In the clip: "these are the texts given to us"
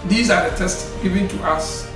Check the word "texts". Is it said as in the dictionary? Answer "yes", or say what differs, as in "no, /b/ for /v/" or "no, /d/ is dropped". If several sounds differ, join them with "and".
no, /k/ is dropped